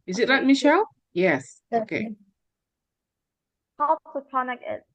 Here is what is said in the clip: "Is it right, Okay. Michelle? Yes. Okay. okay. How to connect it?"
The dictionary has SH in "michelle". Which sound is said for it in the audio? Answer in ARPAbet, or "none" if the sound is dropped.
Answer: SH